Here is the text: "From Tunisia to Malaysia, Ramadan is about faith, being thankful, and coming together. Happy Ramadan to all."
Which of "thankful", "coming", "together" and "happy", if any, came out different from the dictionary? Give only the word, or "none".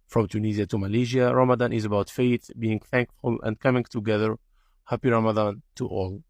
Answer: none